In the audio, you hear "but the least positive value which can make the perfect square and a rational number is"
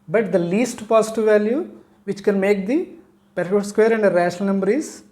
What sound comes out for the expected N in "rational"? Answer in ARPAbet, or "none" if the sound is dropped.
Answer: none